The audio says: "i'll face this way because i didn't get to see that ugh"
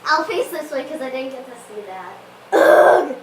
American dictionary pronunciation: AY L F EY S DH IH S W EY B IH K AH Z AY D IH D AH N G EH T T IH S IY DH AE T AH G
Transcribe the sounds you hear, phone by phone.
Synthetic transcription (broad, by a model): AY L F EY S DH IH S W EY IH K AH Z AY D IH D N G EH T T IH S IY DH AE T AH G